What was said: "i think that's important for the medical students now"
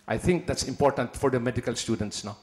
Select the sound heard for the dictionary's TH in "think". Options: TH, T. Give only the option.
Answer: T